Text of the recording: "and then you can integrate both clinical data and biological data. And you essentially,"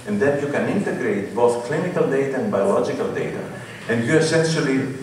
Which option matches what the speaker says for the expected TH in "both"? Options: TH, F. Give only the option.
TH